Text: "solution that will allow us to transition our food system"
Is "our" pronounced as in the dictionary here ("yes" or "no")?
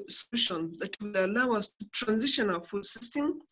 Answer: no